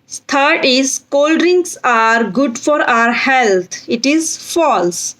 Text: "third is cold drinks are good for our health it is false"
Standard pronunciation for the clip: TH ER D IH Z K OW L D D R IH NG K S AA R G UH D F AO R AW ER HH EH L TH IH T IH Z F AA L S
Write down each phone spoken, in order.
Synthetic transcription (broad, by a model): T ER D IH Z K OW L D D R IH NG S AA R G UH D F AO R AW ER HH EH L T IH T IH Z F AA L S